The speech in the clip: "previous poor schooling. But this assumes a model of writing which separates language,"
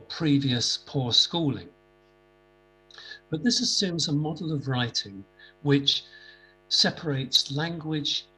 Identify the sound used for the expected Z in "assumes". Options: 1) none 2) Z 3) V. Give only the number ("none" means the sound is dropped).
2